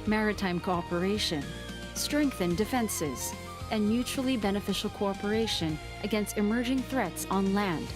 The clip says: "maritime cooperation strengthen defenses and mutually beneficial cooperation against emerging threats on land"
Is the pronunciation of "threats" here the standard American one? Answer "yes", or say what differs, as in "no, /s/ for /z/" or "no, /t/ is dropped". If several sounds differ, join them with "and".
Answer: yes